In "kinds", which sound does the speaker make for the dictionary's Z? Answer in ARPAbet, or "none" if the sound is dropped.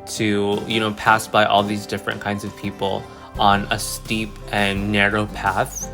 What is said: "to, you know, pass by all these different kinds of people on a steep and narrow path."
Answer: Z